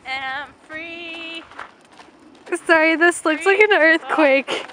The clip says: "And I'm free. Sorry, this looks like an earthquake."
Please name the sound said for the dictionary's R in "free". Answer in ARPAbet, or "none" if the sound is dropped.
R